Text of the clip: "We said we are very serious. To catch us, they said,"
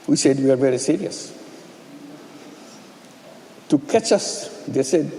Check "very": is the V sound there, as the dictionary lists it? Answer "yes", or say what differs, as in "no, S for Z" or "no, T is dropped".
yes